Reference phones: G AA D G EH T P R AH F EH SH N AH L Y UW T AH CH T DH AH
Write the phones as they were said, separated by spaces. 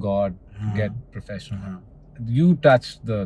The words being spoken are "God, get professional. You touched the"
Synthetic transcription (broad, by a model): G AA D G EH T P R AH F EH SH AH N Y UW T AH CH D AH